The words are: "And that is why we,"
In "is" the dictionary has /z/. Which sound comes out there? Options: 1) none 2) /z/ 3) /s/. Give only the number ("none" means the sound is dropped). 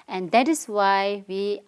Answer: 3